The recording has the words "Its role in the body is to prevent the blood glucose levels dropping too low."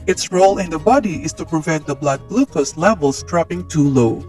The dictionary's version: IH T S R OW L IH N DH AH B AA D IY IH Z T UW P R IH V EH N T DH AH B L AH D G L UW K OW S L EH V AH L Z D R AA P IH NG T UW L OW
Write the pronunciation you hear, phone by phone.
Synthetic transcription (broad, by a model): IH T S R OW L IH N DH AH B AA D IY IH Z T UW P R IH V EH N T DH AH B L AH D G L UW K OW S L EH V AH L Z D R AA P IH NG T UW L OW